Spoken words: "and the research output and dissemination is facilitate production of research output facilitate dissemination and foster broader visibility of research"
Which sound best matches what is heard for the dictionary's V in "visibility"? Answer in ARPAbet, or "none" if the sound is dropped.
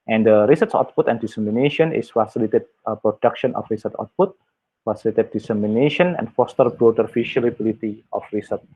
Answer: F